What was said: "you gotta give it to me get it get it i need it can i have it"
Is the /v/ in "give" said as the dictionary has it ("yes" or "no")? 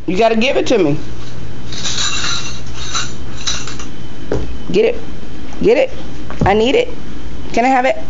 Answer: no